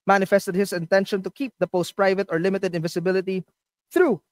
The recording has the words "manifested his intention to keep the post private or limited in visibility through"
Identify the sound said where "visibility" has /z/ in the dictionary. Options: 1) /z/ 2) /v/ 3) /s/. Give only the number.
3